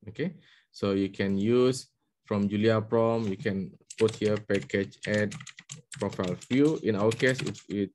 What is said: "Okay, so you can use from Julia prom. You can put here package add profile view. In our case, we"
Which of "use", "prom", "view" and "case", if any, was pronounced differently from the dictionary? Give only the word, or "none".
view